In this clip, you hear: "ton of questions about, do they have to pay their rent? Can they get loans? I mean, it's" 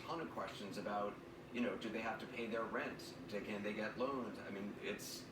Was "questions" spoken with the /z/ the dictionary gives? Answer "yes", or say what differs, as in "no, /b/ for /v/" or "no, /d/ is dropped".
yes